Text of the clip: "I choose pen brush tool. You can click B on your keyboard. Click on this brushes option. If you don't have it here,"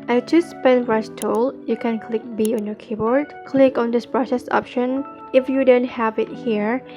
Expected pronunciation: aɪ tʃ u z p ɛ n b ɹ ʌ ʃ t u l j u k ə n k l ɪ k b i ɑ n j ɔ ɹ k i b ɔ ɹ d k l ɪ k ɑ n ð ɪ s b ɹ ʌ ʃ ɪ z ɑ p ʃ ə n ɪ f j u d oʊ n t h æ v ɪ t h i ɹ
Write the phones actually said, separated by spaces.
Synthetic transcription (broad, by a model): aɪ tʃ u s p ɛ n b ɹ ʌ s t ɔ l j u k ə n k l ɪ k b i ɑ n j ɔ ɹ k i b ɔ ɹ d k l ɪ k ɑ n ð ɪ s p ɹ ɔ s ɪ s ɑ p ʃ ə n ɪ f j u d oʊ n t h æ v ɪ t h i ɹ